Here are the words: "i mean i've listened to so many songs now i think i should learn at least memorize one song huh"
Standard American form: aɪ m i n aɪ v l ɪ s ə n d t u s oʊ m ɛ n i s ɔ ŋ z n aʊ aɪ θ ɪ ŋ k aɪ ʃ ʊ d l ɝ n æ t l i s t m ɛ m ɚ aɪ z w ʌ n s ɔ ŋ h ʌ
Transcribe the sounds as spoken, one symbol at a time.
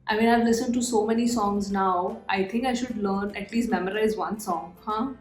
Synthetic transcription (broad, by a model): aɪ m i n aɪ v l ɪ s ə n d t u s oʊ m ɛ n i s ɔ ŋ z n aʊ aɪ t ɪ ŋ k aɪ ʃ ʊ d l ɝ n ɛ t l i s t m ɛ m ɚ aɪ z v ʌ n s ɔ ŋ h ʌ